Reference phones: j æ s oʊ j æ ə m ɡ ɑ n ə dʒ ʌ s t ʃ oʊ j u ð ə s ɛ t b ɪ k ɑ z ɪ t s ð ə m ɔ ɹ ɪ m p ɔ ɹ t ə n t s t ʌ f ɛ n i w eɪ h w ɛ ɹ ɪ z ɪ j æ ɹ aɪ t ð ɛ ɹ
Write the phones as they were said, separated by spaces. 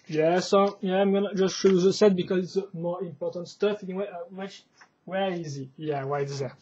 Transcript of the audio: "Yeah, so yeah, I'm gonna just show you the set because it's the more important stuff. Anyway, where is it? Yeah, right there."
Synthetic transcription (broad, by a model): j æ s oʊ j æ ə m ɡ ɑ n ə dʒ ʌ s t ʃ oʊ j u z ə s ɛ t b ɪ k ɑ z ɪ t s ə m ɔ ɹ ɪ m p ɔ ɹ t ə n t s t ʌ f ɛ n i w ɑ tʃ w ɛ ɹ ɪ z ɪ j æ w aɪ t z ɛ